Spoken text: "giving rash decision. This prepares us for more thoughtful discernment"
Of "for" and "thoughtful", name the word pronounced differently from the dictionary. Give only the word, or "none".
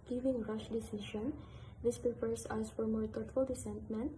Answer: thoughtful